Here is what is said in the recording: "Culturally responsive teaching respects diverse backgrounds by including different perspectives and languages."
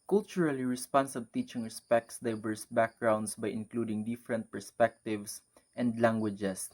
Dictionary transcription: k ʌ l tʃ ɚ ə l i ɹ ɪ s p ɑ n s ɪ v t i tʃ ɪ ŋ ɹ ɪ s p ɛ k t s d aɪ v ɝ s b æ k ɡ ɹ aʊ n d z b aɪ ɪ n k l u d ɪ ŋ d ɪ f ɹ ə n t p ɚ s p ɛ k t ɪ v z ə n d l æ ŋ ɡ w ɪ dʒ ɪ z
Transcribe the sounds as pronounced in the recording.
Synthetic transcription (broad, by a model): k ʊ l tʃ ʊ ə l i ɹ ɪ s p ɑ n s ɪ b t i tʃ ɪ ŋ ɹ ɪ s p ɛ k t s d aɪ v ɝ s b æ k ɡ ɹ aʊ n d s b aɪ ɪ n k l u d ɪ ŋ d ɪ f ɹ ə n t p ɚ s p ɛ k t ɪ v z ə n d l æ ŋ ɡ w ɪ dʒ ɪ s